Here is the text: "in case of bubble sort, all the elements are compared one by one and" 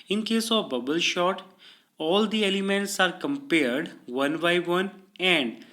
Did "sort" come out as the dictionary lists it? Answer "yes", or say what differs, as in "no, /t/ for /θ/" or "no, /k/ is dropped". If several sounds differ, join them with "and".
no, /ʃ/ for /s/